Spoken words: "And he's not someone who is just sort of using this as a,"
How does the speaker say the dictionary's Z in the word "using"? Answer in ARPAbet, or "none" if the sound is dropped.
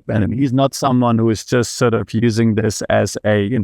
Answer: Z